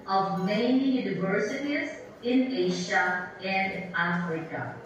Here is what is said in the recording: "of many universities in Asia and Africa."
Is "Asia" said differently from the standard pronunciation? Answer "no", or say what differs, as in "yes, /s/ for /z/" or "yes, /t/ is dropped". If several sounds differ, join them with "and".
yes, /ʃ/ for /ʒ/